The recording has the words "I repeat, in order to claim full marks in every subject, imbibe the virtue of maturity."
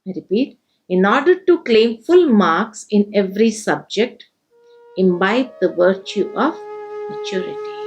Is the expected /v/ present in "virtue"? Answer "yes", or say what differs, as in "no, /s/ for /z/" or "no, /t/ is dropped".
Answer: yes